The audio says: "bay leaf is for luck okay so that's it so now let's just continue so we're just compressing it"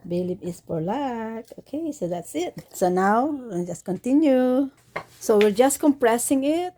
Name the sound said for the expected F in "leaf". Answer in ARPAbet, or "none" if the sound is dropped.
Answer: P